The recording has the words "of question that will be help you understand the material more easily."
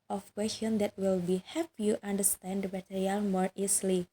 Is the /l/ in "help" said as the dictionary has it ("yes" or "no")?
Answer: no